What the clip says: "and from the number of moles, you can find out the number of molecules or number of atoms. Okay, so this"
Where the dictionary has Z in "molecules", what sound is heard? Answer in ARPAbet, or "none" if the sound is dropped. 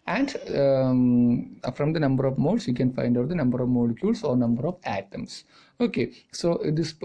S